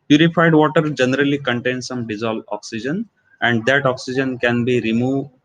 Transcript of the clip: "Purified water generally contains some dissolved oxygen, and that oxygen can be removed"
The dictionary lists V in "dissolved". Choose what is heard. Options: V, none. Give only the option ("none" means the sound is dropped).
none